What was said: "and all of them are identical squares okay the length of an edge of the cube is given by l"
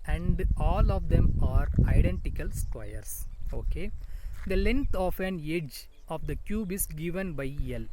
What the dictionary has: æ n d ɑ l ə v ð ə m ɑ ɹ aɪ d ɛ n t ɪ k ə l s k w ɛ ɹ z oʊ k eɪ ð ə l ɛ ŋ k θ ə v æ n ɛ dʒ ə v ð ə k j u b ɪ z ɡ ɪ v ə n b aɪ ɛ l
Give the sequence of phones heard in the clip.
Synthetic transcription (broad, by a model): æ n d ɑ l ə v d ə m ɑ ɹ aɪ d ɛ n t ɪ k ə l s k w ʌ ɹ s oʊ k eɪ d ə l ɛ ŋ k t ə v æ n ɛ dʒ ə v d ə k j u b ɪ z ɡ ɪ v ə n b aɪ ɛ l